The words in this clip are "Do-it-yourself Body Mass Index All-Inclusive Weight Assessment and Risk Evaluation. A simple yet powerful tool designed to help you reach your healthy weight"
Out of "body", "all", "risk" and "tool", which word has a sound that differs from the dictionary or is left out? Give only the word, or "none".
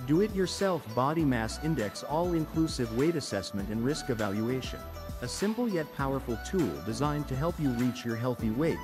none